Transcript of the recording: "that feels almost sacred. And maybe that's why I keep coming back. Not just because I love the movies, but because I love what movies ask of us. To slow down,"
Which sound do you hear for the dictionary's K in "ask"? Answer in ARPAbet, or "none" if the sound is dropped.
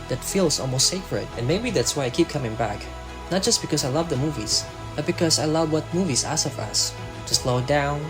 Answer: none